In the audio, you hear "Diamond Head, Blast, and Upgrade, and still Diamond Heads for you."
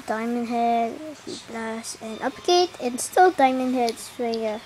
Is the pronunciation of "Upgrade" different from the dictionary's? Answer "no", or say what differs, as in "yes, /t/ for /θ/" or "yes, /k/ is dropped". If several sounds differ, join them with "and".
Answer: yes, /ɹ/ is dropped